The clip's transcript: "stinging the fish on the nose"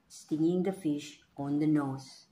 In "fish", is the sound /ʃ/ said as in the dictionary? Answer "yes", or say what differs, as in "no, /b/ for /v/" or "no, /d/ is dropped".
yes